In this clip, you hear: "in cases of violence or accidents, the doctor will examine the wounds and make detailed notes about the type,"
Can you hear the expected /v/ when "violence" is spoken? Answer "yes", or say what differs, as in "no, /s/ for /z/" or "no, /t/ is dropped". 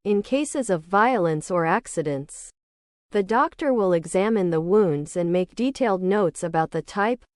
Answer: yes